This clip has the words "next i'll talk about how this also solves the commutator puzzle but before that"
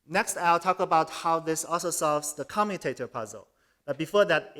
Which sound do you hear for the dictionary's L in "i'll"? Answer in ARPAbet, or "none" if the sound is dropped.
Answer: L